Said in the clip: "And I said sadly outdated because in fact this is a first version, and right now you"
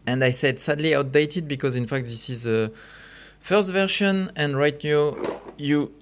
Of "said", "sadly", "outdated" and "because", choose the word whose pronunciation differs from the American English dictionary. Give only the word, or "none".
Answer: none